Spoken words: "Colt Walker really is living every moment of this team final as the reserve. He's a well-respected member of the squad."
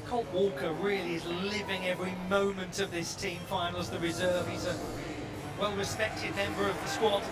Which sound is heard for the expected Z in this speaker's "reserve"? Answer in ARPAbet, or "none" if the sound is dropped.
Z